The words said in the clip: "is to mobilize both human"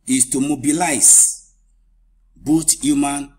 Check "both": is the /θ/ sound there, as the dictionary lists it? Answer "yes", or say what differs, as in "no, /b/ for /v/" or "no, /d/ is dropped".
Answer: no, /t/ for /θ/